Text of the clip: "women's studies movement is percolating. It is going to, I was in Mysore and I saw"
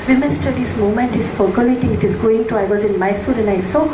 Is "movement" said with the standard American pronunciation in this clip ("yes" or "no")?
no